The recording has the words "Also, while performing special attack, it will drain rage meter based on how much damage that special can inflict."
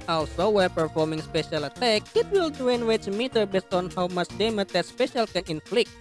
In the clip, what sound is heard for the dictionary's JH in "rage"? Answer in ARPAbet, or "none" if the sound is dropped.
CH